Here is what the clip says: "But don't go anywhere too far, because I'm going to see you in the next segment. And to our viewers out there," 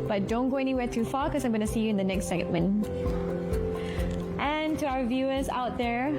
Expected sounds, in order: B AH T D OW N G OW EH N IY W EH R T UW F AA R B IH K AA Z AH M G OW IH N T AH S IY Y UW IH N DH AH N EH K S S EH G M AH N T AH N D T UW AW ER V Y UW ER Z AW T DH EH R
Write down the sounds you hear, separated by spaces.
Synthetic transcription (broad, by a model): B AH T D OW N G OW EH N IY W EH R T UW F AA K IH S AA AH M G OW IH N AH S IY Y UW IH N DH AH N EH K S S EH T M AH N T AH N T UW AW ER V Y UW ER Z AW T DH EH R